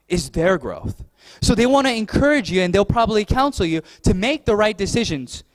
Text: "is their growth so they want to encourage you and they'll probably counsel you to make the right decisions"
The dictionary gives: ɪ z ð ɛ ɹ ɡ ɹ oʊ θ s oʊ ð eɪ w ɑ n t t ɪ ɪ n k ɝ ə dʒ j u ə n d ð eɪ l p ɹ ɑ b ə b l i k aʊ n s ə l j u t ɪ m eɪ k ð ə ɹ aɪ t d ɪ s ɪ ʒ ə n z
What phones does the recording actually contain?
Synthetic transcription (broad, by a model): ɪ z ð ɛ ɹ ɡ ɹ oʊ θ s oʊ ð eɪ w ɑ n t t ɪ ɪ n k ɝ ə dʒ j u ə n ð eɪ l p ɹ ɑ b ə b l i k aʊ n s l j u t ɪ m eɪ k ð ə ɹ aɪ t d ɪ s ɪ ʒ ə n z